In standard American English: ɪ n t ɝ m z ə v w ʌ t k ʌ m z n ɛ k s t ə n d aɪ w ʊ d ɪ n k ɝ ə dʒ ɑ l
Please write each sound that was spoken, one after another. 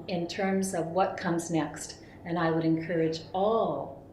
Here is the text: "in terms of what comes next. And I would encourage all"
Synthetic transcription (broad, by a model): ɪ n t ɝ m z ə v w ʌ t k ʌ m z n ɛ k s t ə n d aɪ w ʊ d ɪ n k ɝ ə dʒ ɑ l